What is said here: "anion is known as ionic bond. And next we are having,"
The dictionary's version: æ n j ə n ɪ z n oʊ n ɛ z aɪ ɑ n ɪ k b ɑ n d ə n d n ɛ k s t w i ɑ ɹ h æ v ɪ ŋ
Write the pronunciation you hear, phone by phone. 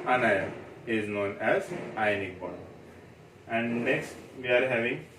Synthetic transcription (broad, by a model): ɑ n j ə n ɪ z n oʊ n ɛ z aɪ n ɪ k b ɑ d ə n d n ɛ k s t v i ɑ ɹ h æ v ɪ ŋ